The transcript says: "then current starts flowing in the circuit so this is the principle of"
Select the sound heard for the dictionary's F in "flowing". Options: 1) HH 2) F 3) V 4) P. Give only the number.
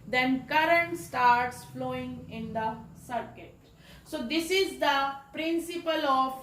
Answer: 2